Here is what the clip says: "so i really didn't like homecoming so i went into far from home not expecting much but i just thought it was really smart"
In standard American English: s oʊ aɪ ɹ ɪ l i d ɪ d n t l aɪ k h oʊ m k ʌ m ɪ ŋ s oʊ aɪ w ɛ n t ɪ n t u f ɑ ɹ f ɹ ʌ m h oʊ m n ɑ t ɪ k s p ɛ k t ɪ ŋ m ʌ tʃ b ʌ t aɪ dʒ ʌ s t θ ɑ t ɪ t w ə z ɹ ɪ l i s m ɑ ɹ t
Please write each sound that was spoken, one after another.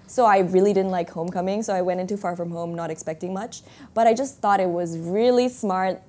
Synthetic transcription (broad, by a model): s oʊ aɪ ɹ ɪ l i d ɪ d n t l aɪ k h oʊ m k ʌ m ɪ ŋ s oʊ aɪ w ɛ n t ɪ n t u f ɑ ɹ f ɹ ʌ m h oʊ m n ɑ t ɪ k s p ɛ k t ɪ ŋ m ʌ tʃ b ʌ t aɪ dʒ ʌ s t θ ɑ t ɪ t w ə z ɹ ɪ l i s m ɑ ɹ t